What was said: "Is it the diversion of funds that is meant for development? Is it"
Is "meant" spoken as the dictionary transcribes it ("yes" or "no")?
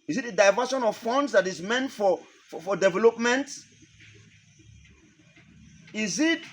yes